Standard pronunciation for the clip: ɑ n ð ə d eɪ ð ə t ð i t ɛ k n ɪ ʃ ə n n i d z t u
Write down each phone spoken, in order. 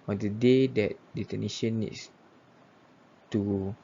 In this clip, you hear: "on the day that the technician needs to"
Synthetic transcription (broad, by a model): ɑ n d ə d eɪ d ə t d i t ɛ n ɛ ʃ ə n n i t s t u